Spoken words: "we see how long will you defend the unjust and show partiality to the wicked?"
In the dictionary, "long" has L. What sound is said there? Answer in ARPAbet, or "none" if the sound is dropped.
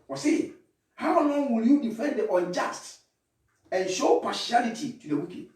N